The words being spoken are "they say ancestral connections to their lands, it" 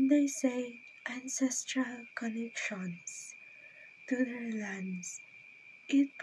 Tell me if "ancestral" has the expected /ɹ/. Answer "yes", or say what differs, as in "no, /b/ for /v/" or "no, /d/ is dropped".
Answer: yes